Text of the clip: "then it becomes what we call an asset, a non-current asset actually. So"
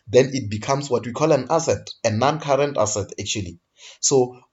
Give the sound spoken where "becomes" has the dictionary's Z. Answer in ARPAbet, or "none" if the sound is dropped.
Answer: S